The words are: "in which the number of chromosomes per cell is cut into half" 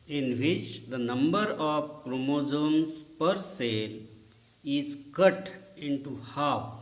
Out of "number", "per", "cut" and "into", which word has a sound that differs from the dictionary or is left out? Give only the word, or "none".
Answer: none